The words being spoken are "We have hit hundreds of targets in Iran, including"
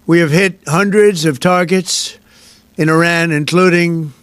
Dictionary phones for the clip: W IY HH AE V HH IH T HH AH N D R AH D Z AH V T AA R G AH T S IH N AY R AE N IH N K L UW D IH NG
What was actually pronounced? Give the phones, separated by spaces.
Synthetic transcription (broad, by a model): W IY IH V HH IH T HH AH N D R AH D Z AH V T AA R G AH T S IH N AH R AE N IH N K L UW D IH NG